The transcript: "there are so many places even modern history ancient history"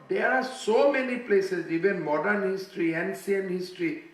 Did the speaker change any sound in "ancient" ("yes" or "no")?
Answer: yes